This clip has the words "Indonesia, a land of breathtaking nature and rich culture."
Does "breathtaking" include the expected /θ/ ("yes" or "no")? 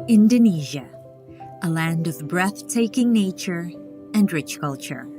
yes